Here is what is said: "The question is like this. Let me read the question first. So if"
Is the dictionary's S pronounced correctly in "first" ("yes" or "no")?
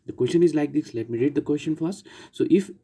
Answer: no